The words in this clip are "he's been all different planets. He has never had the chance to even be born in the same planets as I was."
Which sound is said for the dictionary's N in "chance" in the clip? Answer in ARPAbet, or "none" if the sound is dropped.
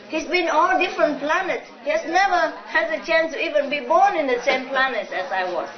N